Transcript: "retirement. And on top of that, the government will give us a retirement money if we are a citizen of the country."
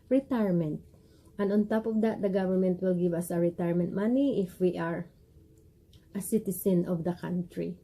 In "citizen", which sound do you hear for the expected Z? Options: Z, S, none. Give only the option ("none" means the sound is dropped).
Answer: S